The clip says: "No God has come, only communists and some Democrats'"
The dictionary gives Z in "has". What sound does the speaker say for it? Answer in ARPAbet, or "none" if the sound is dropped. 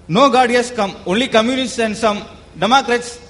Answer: S